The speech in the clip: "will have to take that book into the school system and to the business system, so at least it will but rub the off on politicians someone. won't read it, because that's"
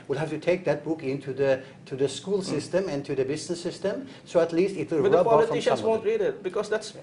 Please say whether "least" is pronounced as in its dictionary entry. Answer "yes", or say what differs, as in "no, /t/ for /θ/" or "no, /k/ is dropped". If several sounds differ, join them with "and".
yes